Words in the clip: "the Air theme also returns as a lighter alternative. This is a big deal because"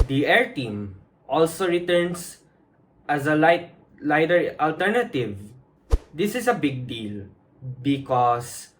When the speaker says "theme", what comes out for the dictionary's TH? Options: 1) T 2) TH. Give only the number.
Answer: 1